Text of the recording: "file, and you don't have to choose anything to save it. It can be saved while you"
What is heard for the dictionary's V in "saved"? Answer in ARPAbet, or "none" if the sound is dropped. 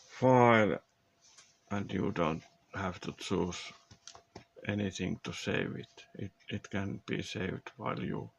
V